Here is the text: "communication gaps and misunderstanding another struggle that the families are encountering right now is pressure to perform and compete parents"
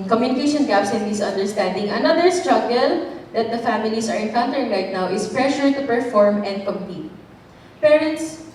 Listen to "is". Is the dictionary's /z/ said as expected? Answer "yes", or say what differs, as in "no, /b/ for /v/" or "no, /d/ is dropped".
no, /s/ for /z/